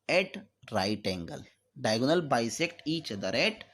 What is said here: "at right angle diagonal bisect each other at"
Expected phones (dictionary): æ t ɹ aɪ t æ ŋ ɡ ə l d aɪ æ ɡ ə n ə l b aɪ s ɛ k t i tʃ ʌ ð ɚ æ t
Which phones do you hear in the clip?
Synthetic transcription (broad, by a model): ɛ t ɹ aɪ t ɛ ŋ ɡ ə l d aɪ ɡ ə n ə l b aɪ s ɛ k t i tʃ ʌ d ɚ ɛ t